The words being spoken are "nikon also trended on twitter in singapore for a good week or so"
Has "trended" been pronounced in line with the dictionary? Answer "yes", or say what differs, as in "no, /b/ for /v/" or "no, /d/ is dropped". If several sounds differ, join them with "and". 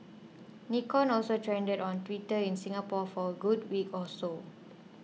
yes